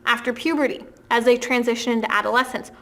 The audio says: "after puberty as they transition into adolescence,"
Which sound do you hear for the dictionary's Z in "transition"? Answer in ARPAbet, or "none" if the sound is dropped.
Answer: Z